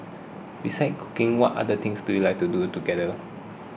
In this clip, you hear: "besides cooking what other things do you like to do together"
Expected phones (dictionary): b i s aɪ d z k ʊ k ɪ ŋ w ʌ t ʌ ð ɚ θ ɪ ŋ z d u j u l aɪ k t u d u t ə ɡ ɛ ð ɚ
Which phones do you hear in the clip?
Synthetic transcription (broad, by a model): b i s aɪ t k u k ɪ ŋ w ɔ t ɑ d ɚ t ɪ ŋ s d u j u l aɪ k t u d u t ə ɡ ɛ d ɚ